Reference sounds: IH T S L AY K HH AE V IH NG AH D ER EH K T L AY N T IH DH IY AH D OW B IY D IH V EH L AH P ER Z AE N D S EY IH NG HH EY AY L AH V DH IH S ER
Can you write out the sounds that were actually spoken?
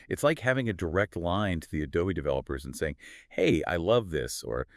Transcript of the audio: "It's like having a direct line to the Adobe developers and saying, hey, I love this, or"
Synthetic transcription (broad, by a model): IH T S L AY K HH AE V IH NG AH D ER EH K T L AY N T IH DH IY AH D OW IY D IH V EH L AH P ER Z N S EY IH NG HH EY AY L AH V DH IH S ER